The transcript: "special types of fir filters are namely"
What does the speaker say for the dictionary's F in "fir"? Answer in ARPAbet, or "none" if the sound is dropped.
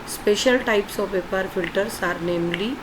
P